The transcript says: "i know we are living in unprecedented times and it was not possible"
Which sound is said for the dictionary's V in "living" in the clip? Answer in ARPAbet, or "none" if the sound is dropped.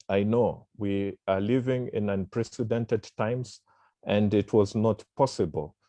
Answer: V